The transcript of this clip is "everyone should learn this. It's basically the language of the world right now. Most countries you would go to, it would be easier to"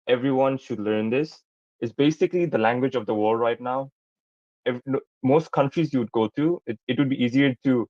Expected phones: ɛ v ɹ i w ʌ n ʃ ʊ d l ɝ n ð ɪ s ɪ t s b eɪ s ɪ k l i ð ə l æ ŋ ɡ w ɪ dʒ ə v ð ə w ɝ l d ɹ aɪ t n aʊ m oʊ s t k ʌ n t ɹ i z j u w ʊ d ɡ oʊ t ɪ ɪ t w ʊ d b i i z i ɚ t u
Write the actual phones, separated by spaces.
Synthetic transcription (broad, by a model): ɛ v ɹ i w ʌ n ʃ ʊ d l ɝ n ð ɪ s ɪ t s b eɪ s ɪ k l i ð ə l æ ŋ ɡ w ɪ dʒ ə v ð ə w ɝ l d ɹ aɪ t n aʊ m oʊ s t k ʌ n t ɹ i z j u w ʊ d ɡ oʊ t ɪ ɪ t w ʊ d b i i z i ɚ t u